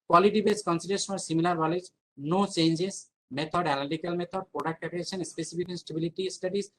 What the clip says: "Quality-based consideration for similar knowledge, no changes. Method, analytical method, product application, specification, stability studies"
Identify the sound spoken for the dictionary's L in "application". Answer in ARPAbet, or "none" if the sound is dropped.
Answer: none